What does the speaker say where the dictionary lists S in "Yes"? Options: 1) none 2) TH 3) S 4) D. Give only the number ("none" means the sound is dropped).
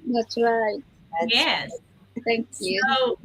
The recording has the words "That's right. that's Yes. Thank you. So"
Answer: 1